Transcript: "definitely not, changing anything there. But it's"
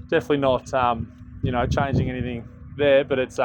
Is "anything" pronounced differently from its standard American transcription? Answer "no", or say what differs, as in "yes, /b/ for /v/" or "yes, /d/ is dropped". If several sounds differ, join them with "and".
no